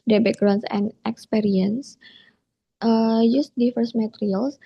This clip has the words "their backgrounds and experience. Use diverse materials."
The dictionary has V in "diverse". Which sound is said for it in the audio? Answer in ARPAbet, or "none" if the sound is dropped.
F